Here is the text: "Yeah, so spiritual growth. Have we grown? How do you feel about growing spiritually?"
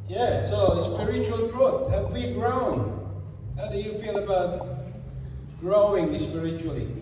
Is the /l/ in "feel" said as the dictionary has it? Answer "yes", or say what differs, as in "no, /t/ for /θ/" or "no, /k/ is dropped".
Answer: no, /n/ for /l/